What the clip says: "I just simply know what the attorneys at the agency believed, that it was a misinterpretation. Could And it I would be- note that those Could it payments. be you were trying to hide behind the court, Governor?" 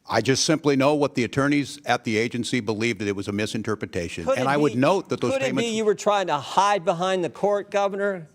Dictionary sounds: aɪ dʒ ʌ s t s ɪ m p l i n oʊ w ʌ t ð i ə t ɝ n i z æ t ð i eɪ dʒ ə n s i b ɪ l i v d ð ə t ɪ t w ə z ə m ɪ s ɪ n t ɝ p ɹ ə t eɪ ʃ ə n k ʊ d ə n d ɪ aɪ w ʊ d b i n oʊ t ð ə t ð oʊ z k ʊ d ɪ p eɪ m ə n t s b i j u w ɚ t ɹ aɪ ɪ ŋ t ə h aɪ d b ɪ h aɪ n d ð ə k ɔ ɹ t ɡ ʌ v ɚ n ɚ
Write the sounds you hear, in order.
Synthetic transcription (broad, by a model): aɪ dʒ ʌ s t s ɪ m p l i n oʊ w ʌ t ð i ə t ɝ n i z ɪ t ð i eɪ dʒ ə n s i b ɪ l i v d ð ə t ɪ t w ə z ə m ɪ s ɪ n t ɝ p ɹ ə t eɪ ʃ ə n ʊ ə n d ɪ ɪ w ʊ d n oʊ t ð ə t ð oʊ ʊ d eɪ ə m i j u w ɚ t ɹ aɪ ɪ ŋ t ə h aɪ d b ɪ h aɪ n ð ə k ɔ ɹ t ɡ ʌ v ɚ n ɚ